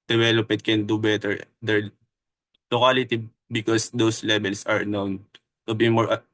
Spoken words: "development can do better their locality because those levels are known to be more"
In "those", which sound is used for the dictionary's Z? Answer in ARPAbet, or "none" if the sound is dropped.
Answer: S